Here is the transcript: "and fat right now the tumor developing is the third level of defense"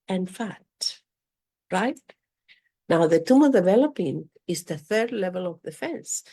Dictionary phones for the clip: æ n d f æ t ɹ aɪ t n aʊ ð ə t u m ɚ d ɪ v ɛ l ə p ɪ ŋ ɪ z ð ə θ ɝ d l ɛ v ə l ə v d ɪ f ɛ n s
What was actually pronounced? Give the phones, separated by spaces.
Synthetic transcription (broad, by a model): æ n f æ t ɹ aɪ t n aʊ ð ə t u m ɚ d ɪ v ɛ l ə p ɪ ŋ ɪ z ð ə θ ɝ d l ɛ v ə l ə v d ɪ f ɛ n s